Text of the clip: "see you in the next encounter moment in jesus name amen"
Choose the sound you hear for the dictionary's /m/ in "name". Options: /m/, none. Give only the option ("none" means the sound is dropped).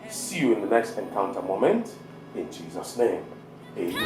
none